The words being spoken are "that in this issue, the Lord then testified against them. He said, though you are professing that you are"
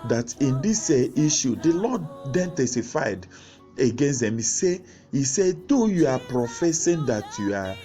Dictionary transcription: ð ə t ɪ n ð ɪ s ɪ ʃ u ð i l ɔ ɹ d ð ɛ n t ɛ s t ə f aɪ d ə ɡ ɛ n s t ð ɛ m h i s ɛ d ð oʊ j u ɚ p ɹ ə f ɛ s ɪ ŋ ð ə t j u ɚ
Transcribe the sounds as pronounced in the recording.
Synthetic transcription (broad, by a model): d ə t ɪ n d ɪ s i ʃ u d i l ɔ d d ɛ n t ɛ s t ə f aɪ d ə ɡ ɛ n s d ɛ m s i s ɛ d oʊ j u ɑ p ɹ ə f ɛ s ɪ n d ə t j u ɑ